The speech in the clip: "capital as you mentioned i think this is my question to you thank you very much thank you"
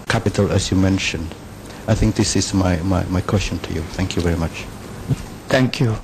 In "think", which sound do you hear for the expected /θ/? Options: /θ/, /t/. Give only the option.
/θ/